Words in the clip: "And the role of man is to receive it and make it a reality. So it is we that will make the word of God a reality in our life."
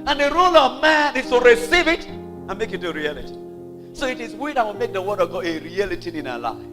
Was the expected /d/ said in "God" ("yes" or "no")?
no